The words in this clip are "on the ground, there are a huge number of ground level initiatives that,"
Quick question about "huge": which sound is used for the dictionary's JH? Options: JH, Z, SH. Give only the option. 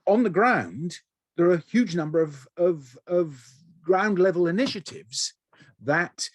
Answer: JH